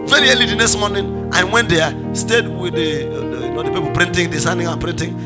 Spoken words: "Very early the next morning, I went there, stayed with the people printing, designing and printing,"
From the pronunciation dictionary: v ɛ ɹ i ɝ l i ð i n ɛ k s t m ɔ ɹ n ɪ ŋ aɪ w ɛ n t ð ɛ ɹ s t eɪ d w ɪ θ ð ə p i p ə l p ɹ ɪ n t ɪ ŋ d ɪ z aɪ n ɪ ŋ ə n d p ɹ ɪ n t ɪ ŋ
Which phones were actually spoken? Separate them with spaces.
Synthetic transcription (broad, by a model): v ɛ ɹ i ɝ l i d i n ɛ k s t m ɔ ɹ n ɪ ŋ aɪ w ɛ n t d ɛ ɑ s t eɪ d w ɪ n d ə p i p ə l p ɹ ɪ n t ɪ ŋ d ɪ s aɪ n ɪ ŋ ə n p ɹ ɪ n t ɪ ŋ